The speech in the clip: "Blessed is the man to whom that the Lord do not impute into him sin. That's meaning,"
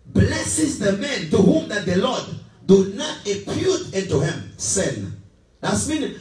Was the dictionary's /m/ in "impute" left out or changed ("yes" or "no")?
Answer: yes